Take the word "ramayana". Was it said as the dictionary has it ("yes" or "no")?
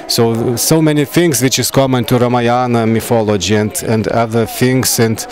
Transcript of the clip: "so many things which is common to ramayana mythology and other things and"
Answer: yes